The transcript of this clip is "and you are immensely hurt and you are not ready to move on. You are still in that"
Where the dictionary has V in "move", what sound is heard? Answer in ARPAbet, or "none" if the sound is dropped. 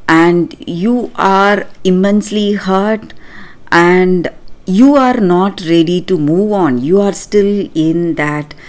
V